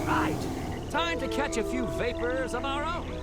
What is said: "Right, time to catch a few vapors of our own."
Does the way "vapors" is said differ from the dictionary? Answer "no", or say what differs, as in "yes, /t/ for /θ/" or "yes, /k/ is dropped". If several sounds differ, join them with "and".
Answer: no